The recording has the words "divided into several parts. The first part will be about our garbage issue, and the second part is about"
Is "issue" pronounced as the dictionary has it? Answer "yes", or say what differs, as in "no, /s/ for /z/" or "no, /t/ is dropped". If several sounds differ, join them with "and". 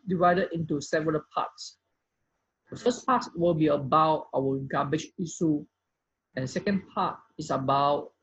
no, /s/ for /ʃ/